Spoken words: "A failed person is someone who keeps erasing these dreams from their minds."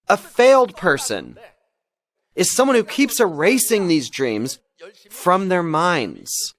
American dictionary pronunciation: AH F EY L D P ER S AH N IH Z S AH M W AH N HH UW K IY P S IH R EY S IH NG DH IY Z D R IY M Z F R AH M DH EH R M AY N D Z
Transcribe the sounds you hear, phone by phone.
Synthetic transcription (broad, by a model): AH F EY L D P ER S AH N IH Z S AH M W AH N HH UW K IY P S IH R EY S IH NG DH IY Z D R IY M Z F R AH M DH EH R M AY N D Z